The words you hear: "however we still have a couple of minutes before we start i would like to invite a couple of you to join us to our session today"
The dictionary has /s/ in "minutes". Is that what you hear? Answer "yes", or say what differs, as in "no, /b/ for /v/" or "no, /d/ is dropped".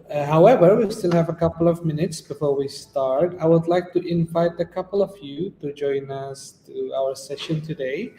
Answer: yes